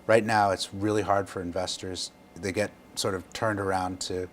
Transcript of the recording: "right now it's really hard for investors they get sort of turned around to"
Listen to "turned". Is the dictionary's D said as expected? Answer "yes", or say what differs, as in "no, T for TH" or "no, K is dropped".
yes